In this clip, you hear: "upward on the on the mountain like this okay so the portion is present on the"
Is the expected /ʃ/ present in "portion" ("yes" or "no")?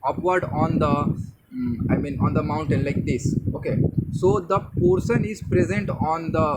no